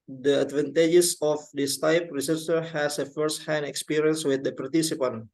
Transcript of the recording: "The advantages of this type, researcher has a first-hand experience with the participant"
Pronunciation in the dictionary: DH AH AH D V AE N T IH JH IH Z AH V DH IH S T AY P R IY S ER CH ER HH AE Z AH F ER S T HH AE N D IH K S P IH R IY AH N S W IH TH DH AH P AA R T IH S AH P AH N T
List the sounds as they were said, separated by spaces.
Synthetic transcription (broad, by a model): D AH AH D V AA N T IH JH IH S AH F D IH S T AY P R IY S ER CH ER HH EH S AH F ER S T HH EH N IH K S P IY R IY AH N S W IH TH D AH P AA R T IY S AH P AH N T